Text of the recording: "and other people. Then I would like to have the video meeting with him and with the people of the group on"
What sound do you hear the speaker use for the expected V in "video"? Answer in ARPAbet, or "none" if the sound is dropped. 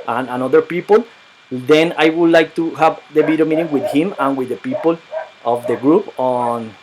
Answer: B